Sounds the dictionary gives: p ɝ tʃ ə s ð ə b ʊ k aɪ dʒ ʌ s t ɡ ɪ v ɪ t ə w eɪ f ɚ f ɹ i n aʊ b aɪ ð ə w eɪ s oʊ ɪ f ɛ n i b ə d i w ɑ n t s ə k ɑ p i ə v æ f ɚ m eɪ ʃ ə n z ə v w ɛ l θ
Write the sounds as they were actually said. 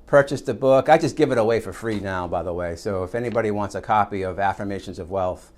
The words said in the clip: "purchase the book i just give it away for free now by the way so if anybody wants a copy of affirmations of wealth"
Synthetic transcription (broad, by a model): p ɝ tʃ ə s ð ə b ʊ k aɪ dʒ ʌ s ɡ ɪ v ɪ t ə w eɪ f ɚ f ɹ i n aʊ b aɪ ð ə w eɪ s oʊ ɪ f ɛ n i b ə d i w ɑ n t s ə k ɑ p i ə v æ f ɚ m eɪ ʃ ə n z ə v w ɛ l θ